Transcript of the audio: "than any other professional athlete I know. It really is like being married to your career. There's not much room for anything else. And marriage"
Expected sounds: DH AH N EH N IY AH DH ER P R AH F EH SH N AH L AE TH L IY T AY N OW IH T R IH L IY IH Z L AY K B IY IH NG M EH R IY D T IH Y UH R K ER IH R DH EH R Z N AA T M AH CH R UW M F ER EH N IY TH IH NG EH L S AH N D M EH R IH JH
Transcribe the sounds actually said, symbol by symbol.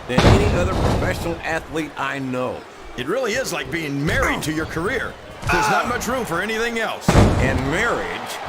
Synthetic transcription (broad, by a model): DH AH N EH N IY AH DH ER P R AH F EH SH N L AE TH L IY T AY N OW IH T R IH L IY IH Z L AY K B IY IH NG M EH R IY D T IH Y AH R K ER IH R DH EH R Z N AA T M AH CH R UW M F ER EH N IY TH IH NG EH L S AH N M EH R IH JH